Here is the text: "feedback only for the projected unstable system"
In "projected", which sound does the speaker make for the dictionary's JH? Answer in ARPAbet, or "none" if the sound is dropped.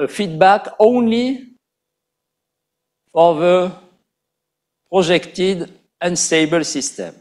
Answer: ZH